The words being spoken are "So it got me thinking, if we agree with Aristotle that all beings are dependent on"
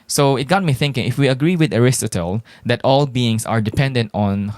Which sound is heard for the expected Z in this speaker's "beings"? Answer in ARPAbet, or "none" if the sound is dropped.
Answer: S